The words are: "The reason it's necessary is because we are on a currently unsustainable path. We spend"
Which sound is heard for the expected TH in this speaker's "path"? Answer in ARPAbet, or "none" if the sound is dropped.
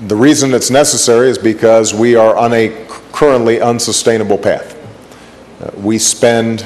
TH